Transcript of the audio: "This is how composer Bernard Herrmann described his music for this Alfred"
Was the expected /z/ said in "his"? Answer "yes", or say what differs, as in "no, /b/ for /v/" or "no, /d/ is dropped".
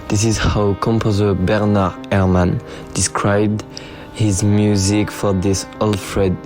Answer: yes